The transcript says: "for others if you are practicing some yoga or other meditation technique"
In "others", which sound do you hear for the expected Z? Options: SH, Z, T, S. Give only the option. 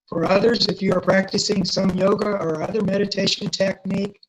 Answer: Z